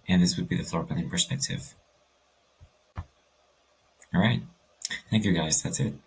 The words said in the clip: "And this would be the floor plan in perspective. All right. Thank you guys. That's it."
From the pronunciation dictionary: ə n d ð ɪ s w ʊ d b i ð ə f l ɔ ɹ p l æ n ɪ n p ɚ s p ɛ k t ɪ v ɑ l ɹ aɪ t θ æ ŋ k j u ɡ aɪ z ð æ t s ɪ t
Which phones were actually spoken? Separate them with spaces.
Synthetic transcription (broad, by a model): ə n ð ɪ s w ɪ d b i ð ə f l ɔ ɹ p æ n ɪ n p ɚ s p ɛ k t ɪ v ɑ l ɹ aɪ t θ æ ŋ k j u ɡ aɪ z ð æ t s ɪ t